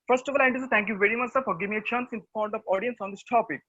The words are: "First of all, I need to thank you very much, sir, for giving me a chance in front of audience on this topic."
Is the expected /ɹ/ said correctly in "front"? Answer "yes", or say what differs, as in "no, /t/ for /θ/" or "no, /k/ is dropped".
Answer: no, /ɹ/ is dropped